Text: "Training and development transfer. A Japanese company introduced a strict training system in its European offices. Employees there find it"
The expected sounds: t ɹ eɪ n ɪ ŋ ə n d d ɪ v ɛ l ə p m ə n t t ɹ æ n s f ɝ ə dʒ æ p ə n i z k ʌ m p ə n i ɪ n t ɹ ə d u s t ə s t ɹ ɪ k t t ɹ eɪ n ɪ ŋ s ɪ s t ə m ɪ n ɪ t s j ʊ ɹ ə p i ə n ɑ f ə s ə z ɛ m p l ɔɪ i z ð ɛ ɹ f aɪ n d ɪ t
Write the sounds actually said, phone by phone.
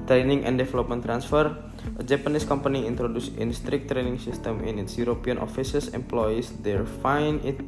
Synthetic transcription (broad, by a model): t ɹ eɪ n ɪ ŋ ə n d d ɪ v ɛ l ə p m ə n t t ɹ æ n s f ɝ ə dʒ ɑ p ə n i s k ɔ m p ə n i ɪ n t ɹ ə d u s ə s t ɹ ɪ k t t ɹ eɪ n ɪ ŋ s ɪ s t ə m ɪ n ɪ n s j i ɹ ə p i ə n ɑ f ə s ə s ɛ m p l ɔɪ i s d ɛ ɹ f aɪ n ɪ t